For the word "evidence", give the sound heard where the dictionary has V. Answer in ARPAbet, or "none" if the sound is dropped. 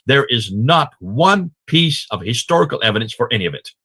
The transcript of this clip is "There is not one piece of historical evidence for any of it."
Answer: V